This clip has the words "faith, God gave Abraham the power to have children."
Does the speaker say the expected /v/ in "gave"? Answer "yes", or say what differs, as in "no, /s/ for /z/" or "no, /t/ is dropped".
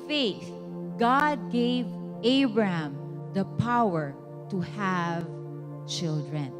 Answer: yes